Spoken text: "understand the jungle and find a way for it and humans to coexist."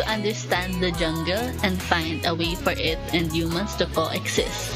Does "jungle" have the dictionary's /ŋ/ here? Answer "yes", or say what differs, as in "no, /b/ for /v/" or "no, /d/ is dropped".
yes